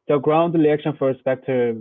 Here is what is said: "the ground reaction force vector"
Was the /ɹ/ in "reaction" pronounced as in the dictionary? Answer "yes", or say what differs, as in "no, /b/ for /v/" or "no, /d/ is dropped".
no, /l/ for /ɹ/